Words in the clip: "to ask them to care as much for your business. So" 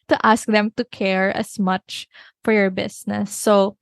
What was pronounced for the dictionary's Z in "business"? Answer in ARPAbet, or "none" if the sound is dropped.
S